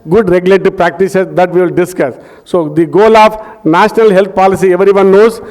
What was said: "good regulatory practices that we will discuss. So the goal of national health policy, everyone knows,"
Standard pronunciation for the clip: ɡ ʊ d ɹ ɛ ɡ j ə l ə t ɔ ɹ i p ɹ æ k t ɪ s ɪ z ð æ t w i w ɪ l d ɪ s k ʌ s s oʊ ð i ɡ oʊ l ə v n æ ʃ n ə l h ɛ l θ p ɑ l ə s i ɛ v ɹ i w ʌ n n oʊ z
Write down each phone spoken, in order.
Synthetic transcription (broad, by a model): ɡ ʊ d ɹ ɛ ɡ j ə l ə t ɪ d p ɹ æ k t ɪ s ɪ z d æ t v i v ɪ l d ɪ s k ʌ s s oʊ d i ɡ oʊ l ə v n æ ʃ n ə l h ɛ l t p ɑ l ə s i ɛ v ɹ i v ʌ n n oʊ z